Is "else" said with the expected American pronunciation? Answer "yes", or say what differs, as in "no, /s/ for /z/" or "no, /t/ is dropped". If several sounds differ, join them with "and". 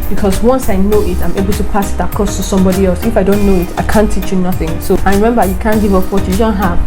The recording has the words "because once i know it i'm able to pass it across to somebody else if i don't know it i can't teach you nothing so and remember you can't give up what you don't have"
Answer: yes